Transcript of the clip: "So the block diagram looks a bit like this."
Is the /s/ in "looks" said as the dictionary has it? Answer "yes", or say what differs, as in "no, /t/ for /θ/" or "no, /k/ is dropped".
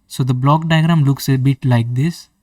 yes